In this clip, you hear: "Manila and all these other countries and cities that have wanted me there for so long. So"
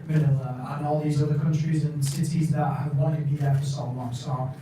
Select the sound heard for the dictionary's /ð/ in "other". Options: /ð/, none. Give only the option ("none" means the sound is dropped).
/ð/